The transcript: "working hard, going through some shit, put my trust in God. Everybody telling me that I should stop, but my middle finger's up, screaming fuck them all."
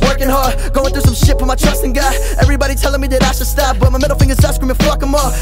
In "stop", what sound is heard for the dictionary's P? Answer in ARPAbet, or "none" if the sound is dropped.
F